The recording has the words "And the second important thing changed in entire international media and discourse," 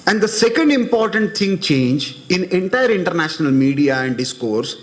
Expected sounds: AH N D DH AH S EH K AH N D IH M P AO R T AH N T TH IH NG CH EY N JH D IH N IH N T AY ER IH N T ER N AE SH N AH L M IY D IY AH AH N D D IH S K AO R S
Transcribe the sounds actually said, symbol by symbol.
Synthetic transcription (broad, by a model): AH N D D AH S EH K AH N D IH M P AO R T AH N T T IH NG CH EY N JH IH N IH N T AY ER IH N T ER N AE SH N AH L M IY D IY AH AH N D D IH S K AO R S